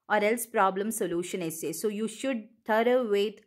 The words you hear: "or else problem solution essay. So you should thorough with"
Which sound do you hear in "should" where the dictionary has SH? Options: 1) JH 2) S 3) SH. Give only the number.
3